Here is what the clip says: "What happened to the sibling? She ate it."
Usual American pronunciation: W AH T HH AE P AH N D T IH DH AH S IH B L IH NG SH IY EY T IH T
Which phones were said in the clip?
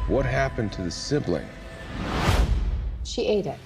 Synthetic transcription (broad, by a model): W AH T HH AE P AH N T IH DH AH S IH B L IH NG SH IY EY T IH T